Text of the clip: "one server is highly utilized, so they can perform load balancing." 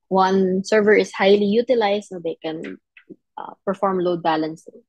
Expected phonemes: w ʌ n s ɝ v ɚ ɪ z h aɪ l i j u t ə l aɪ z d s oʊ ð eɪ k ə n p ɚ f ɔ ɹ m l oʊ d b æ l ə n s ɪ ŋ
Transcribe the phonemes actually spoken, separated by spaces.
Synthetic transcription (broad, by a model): w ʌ n s ɝ v ɚ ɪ s h aɪ l i j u t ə l aɪ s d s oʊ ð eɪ k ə n p ɚ f ɔ ɹ m l oʊ d b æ l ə n s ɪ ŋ